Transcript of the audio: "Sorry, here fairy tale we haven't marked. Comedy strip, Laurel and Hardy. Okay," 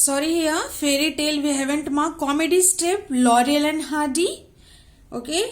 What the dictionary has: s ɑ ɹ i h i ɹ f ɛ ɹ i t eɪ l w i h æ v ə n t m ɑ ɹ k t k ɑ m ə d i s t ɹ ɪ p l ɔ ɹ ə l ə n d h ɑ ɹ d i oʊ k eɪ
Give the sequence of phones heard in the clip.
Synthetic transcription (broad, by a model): s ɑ ɹ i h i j f ɛ ɹ i t eɪ l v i h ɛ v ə n t m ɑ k k ɑ m ə d i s t ɛ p l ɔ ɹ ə l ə n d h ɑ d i oʊ k eɪ